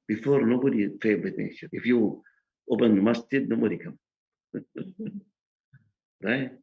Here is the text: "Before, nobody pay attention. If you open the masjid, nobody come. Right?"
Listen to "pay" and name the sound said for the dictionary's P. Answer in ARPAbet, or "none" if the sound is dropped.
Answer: F